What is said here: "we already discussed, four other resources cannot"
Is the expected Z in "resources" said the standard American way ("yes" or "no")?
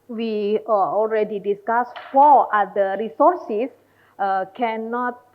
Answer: no